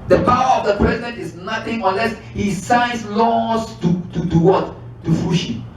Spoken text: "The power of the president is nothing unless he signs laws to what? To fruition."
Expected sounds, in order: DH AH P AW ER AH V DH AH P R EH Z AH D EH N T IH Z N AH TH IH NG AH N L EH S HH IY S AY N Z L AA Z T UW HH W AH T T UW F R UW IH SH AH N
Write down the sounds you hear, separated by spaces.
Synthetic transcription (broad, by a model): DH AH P AW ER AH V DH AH P R EH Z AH D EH N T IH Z N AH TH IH NG AH N L EH S HH IY S AY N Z L AA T T UW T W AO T T UW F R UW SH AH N